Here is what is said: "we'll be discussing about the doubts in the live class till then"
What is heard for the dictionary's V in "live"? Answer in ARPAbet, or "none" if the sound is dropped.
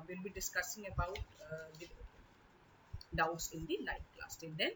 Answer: F